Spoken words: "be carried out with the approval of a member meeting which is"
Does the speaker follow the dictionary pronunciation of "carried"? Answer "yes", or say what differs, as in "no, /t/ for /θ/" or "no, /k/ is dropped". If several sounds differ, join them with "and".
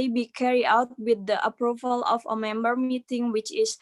no, /d/ is dropped